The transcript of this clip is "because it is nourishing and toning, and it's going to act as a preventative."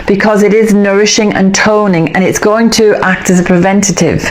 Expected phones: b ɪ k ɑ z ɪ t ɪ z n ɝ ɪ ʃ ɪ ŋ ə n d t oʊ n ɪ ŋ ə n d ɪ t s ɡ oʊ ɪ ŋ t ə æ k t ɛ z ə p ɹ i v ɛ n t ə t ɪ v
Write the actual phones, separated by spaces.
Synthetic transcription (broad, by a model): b ɪ k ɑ z ɪ t ɪ z n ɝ ɪ ʃ ɪ ŋ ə n t oʊ n ɪ ŋ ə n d ɪ t s ɡ oʊ ɪ ŋ t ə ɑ k t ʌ z ə p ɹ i v ɛ n t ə t ɪ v